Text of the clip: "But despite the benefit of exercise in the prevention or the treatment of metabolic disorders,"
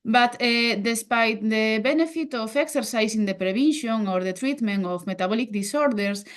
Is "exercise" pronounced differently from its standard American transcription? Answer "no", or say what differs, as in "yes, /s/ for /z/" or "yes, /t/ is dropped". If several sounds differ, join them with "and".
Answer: yes, /s/ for /z/